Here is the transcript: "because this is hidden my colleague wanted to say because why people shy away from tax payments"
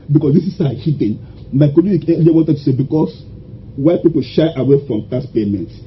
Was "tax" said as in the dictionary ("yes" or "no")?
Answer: no